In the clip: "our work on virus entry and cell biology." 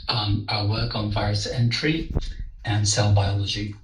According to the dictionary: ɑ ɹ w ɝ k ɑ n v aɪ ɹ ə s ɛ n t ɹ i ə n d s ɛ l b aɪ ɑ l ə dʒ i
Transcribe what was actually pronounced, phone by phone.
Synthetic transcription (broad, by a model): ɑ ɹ w ɝ k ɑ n v aɪ ɹ ə s ɛ n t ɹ i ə n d s ɛ l b aɪ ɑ l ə dʒ i